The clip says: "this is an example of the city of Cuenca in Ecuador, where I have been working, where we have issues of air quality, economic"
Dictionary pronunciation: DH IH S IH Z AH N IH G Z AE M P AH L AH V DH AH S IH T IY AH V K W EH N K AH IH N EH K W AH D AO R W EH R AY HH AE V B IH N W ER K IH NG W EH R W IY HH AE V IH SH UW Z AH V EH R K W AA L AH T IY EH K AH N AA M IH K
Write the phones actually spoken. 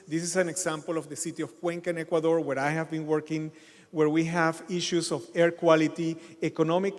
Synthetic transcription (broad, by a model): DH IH S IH S AH N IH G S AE M P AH L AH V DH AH S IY T IY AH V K W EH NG K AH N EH K W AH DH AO R W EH R AY HH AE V B IH N W ER K IH NG W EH R W IY HH AE V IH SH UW S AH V EH R K W AA L AH T IY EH K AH N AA M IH K